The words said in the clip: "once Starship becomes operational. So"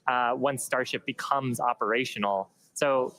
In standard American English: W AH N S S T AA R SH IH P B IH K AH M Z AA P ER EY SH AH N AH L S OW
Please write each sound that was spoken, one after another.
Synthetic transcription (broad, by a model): W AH N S S T AA R SH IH P B IH K AH M Z AA P ER EY SH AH N L S OW